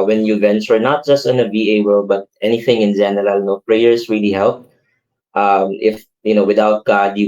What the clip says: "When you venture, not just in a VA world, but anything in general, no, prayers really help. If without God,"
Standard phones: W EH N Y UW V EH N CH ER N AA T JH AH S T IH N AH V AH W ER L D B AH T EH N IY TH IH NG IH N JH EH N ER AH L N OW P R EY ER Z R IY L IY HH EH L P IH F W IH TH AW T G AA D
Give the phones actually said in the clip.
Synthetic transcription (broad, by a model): W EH N Y UW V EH N S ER N AA T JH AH S T IH N AH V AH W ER L B AH T EH N IY TH IH NG IH N JH EH N ER AH L N OW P R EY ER S R IY L IY HH EH L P IH F W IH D AW T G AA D